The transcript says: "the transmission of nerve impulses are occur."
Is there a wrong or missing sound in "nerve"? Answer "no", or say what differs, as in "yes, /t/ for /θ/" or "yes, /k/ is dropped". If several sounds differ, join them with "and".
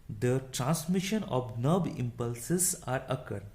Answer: yes, /b/ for /v/